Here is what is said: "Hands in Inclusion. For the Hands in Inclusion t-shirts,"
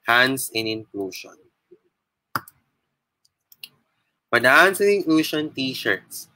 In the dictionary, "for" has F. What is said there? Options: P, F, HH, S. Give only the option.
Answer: P